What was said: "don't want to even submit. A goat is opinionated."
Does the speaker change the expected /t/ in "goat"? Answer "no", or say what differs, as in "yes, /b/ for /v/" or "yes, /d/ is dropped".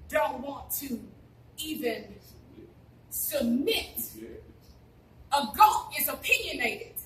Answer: yes, /t/ is dropped